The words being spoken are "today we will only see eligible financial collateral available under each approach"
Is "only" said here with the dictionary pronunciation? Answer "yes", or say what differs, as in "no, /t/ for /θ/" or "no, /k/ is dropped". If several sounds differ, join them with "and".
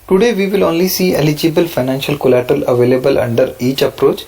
yes